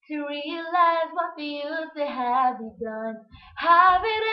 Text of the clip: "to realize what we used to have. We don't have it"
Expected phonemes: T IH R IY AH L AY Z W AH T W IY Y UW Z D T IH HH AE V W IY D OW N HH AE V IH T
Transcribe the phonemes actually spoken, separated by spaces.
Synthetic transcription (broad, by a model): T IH R IY AH L AY Z W AH T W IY Y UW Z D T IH HH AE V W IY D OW N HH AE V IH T